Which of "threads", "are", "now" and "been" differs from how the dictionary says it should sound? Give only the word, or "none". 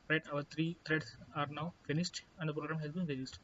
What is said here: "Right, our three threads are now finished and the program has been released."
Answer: threads